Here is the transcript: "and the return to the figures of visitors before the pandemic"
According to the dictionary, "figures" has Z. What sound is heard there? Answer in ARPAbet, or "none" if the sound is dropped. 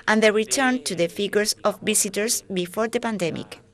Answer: S